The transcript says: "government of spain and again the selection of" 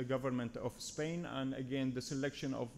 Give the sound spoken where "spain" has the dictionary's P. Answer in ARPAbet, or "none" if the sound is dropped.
P